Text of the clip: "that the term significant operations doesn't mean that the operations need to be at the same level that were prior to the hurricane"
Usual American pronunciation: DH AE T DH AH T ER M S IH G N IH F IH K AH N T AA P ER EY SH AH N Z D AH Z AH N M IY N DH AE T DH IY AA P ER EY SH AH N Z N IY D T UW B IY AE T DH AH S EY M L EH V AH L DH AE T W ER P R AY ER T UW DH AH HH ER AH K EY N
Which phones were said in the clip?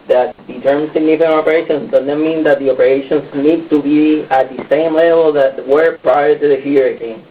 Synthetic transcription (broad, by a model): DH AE T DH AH T ER M S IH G N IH F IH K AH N AA P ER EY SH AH N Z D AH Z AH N M IY N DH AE T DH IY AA P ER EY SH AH N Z N IY D T UW B IY AE T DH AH S EY M L EH V AH L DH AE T W ER P R AY ER T UW DH AH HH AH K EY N